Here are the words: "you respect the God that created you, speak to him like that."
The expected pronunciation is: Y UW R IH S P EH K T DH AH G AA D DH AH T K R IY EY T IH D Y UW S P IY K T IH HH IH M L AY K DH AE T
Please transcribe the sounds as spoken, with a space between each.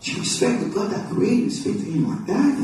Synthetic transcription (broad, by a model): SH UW R IH S P EH K T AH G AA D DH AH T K IY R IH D S P IY K T IH HH IH M L AY K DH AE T